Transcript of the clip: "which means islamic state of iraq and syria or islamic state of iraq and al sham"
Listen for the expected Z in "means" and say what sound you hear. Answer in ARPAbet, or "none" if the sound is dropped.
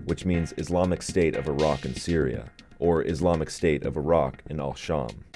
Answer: Z